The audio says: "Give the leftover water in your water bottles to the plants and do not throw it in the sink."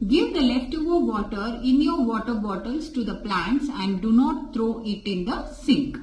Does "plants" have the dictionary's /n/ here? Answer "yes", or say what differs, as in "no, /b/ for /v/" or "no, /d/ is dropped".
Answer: yes